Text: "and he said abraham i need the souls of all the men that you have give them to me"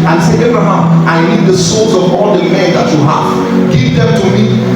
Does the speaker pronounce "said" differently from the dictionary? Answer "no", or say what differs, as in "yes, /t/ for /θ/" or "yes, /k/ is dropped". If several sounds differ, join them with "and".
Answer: yes, /d/ is dropped